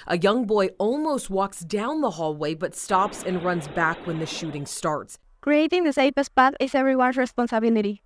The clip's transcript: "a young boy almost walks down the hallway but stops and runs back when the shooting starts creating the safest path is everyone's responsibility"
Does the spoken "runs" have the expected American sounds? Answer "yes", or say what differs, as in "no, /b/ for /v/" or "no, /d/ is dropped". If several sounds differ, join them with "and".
yes